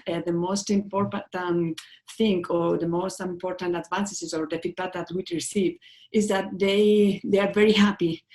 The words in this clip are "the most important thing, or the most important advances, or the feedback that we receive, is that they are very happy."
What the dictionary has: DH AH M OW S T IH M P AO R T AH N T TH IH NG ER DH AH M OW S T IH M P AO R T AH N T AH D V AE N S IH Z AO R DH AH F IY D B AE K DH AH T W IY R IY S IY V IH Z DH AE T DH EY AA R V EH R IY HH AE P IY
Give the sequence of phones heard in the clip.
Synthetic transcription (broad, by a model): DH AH M OW S T IH M P AO R T AH N T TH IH NG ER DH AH M OW S T IH M P AO R T AH N T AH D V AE N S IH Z AO R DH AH P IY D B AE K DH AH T W IY R IY S IY V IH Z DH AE T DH EY AA R V EH R IY HH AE P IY